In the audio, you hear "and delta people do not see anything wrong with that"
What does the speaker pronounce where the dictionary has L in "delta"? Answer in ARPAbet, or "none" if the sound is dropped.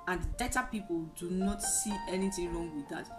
none